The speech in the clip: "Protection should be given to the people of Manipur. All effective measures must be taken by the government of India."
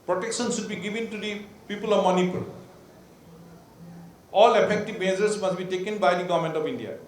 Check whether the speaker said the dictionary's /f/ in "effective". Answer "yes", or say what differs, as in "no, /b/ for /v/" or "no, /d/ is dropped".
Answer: no, /p/ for /f/